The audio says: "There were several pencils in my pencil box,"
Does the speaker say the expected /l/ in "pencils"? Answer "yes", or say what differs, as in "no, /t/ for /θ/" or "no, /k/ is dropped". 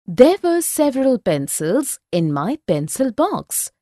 yes